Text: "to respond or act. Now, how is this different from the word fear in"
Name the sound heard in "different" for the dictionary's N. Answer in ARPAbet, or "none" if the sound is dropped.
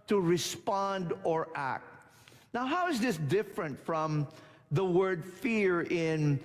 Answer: N